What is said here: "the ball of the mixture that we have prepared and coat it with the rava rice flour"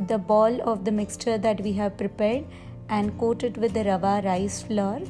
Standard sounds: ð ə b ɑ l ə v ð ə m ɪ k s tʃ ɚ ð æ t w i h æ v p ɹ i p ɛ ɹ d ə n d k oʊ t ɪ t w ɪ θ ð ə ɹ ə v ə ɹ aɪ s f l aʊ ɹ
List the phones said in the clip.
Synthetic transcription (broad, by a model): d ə b ɑ l ə v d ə m ɪ k s tʃ ɚ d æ t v i h æ v p ɹ i p ɛ ɹ d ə n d k oʊ t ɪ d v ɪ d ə ɹ ə v ə ɹ aɪ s f l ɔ ɹ